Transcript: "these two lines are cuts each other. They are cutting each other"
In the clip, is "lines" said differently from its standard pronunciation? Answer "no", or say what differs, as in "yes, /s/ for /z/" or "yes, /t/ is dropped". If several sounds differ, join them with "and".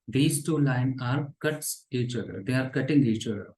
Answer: yes, /z/ is dropped